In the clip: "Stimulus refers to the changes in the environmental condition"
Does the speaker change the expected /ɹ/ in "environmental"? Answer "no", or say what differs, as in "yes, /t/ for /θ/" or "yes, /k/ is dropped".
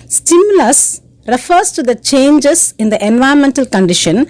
yes, /ɹ/ is dropped